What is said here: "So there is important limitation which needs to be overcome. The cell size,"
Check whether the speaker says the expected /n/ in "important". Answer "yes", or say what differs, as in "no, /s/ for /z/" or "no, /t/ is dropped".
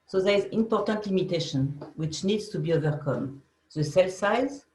yes